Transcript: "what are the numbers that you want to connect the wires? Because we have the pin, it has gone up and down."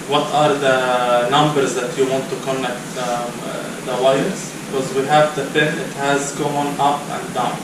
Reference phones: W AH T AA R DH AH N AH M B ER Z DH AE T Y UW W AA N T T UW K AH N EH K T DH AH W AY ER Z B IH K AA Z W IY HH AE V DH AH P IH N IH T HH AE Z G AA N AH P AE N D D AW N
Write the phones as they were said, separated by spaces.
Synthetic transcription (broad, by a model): W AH T AA R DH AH N AH M B ER Z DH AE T Y UW W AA N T T UW K AH N EH K T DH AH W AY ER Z B IH K AA Z W IY HH AE V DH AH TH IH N IH T HH AE Z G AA N AH P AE N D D AW N